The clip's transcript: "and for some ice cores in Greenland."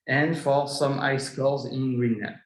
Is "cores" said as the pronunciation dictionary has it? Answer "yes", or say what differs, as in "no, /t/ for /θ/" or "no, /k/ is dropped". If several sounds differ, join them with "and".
no, /l/ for /ɹ/